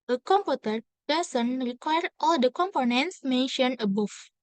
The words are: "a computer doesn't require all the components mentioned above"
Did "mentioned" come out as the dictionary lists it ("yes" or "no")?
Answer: no